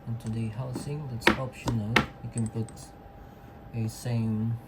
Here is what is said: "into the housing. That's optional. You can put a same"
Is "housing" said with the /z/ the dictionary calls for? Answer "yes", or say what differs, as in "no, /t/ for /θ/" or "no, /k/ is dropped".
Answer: no, /s/ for /z/